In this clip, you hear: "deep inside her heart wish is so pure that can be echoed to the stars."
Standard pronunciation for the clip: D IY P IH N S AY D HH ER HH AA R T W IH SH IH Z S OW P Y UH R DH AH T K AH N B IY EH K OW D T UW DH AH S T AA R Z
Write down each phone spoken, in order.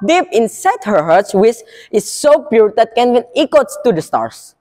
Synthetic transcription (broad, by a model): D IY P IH N S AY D HH ER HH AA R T W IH S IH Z S OW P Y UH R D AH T K AH N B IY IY K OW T T UW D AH S T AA R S